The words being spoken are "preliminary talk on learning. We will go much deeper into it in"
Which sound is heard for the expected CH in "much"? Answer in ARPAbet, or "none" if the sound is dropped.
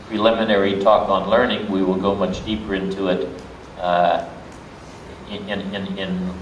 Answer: CH